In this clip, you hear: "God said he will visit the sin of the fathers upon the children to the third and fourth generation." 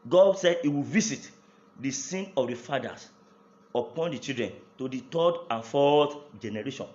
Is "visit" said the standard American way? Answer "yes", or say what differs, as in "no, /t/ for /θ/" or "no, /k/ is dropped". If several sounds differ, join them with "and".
no, /s/ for /z/